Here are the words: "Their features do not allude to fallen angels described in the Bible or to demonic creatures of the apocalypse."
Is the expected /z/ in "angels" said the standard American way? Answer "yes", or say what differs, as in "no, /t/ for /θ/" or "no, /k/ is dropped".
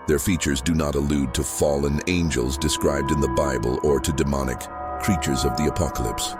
yes